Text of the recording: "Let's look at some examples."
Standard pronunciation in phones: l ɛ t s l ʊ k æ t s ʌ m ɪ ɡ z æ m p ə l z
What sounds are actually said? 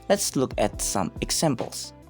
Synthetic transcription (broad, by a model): l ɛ t s l ʊ k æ t s ʌ m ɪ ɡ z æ m p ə l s